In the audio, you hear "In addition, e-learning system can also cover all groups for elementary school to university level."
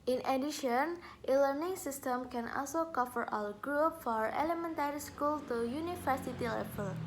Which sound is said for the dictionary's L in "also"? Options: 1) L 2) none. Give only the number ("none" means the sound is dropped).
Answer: 1